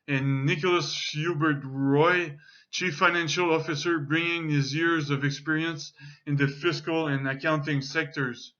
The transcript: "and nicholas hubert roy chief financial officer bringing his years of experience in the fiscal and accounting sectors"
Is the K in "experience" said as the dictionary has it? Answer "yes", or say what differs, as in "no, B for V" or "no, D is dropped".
yes